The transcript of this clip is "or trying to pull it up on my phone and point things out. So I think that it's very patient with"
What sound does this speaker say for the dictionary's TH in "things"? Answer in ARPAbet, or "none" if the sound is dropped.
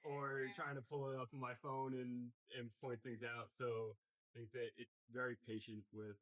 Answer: TH